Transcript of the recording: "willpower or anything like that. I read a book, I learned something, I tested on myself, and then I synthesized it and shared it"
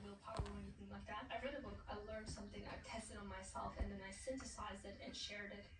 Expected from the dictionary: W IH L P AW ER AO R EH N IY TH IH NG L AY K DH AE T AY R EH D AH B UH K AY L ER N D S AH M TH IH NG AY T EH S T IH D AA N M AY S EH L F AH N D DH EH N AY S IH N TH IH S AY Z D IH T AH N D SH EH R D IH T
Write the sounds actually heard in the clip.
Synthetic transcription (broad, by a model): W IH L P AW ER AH W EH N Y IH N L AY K DH AE T AY R EH D AH B UH K AY L ER N D S AH M TH IH NG AY T EH S T IH D N M AY S EH L F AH N DH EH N AY S IH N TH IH S AY Z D IH T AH N SH EH R D IH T